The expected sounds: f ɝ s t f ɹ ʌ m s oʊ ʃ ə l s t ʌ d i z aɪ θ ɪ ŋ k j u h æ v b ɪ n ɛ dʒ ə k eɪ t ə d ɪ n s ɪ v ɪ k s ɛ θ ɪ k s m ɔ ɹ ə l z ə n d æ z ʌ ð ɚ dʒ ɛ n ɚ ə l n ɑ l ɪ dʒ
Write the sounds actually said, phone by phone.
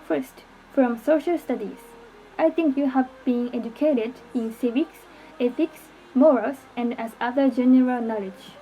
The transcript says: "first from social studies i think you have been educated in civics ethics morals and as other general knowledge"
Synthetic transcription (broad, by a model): f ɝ s t f ɹ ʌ m s oʊ ʃ ə l s t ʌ d i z aɪ t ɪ ŋ k j u h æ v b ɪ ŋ ɛ dʒ ə k eɪ t ə d ɪ n s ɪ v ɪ k s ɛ t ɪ k s m ɔ ɹ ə l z ə n d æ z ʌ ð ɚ dʒ ɛ n ɚ ə l n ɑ l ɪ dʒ